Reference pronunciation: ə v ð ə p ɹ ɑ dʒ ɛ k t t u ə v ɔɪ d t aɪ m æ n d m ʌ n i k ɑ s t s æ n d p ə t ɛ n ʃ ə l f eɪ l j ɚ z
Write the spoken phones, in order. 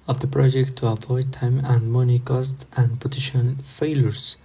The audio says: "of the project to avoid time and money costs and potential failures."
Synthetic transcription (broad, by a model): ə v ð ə p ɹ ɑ dʒ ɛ k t t u ə v ɔɪ d t aɪ m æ n d m ʌ n i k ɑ s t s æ n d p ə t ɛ ʃ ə n f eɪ l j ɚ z